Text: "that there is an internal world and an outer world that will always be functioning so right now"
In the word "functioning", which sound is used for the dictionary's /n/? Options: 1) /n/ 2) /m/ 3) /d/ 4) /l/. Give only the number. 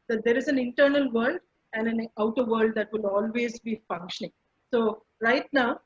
1